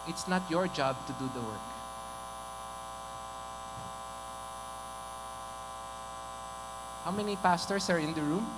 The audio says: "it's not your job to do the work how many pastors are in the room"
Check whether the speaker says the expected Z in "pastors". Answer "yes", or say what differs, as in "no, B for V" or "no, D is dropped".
no, S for Z